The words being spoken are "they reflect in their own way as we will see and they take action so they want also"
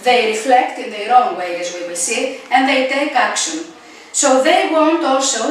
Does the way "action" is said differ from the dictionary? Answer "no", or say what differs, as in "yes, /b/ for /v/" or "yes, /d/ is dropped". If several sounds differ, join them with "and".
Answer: no